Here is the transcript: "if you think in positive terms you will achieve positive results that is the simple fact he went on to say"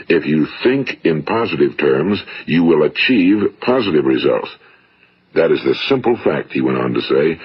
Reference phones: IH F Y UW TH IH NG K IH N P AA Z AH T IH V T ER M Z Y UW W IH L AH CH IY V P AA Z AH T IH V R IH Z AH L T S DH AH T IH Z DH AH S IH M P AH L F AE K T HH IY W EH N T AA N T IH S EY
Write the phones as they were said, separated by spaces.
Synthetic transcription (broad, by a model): IH F Y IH TH IH NG K IH N P AA Z AH T IH V T ER M Z Y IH W IH L AH CH IY V P AA Z AH T IH V R IH Z AH L T S DH AH T IH Z DH AH S IH M P L F AE K T HH IY W EH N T N T IH S EY